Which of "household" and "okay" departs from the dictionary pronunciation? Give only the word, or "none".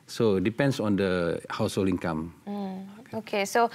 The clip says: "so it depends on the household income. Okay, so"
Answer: household